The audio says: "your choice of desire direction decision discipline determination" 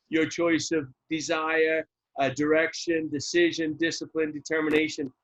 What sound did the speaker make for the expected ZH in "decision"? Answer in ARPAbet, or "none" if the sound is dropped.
ZH